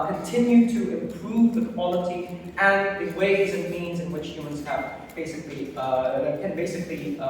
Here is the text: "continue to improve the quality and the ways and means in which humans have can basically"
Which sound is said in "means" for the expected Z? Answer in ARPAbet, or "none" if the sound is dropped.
Z